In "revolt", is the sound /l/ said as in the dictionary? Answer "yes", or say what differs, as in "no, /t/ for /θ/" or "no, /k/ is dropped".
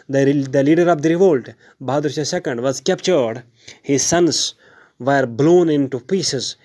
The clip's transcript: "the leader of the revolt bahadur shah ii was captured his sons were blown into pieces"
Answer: yes